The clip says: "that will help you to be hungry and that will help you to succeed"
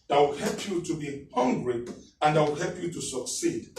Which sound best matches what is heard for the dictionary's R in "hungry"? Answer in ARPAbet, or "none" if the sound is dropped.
R